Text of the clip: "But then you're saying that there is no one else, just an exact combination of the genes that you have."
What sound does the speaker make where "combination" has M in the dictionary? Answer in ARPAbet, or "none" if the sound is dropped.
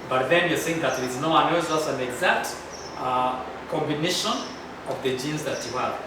M